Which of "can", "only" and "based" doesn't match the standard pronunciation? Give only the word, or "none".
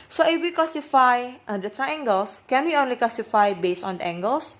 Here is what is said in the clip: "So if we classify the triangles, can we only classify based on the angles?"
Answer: based